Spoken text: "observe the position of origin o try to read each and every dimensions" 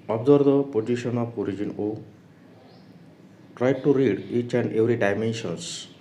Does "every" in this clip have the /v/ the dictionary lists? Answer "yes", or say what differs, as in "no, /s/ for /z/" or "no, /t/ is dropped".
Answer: no, /w/ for /v/